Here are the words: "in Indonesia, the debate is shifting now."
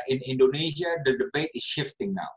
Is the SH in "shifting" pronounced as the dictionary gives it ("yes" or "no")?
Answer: yes